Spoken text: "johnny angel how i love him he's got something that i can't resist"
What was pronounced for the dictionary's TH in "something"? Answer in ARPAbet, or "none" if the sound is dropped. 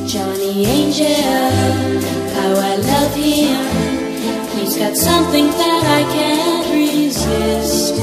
TH